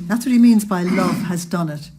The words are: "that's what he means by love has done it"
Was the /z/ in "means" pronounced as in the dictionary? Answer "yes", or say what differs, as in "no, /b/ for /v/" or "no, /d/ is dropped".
yes